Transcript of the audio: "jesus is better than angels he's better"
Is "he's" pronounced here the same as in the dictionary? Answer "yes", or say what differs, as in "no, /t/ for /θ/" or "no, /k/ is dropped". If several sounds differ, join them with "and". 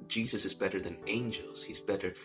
yes